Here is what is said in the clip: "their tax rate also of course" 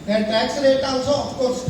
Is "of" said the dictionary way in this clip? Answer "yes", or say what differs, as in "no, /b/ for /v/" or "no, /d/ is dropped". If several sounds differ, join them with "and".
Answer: no, /p/ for /v/